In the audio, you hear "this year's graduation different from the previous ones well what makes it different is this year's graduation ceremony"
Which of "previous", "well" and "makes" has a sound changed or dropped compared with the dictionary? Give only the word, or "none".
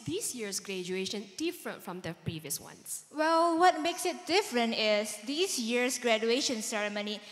none